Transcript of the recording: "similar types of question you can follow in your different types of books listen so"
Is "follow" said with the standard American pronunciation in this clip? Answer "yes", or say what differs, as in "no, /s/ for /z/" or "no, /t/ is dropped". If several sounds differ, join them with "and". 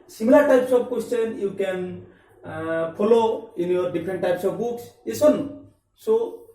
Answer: no, /p/ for /f/